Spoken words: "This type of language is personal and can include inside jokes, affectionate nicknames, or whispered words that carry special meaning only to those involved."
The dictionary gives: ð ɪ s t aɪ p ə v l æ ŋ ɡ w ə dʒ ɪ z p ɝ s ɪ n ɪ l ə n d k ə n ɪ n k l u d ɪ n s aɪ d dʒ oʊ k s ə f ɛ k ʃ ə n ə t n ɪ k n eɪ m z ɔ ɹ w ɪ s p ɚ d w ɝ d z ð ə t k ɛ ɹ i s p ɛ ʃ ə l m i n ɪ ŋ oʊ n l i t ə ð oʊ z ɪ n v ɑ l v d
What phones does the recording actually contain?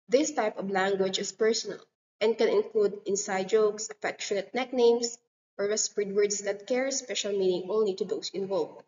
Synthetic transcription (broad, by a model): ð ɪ s t aɪ p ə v l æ ŋ ɡ w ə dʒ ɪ s p ɝ s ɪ n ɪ l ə n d k ə n ɪ n k l u d ɪ n s aɪ d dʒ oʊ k s ə f ɛ k ʃ ə n ə t n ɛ k n eɪ m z ɔ ɹ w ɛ s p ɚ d w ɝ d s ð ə t k ɛ ɹ s p ɛ ʃ ə l m i n ɪ ŋ oʊ n l i t ə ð oʊ s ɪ n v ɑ l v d